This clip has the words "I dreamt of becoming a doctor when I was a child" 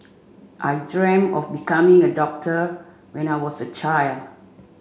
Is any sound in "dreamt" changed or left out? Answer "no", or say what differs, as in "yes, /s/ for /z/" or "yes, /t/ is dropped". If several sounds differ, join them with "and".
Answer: yes, /t/ is dropped